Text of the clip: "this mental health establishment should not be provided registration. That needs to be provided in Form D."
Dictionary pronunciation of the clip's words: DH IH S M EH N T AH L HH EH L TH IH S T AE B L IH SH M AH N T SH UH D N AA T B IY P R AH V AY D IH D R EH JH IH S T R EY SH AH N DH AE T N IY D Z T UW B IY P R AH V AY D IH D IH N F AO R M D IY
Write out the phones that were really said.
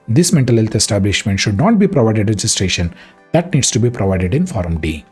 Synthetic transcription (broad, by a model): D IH S M EH N T AH L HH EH L T IH S T AE B L IH SH M AH N T SH UH D N AA T B IY P R AH V AY D IH D R EH JH IH S T R EY SH AH N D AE T N IY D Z T UW B IY P R AH V AY D IH D IH N F AO R M D IY